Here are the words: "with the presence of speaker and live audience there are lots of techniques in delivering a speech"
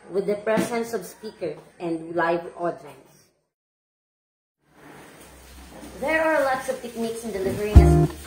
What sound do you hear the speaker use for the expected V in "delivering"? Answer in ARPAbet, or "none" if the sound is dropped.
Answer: V